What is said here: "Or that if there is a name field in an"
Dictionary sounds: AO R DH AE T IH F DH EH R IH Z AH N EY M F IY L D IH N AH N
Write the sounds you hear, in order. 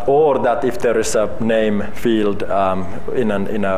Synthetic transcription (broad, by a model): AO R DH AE T IH F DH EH R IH S AH N EY M F IY L D IH N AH N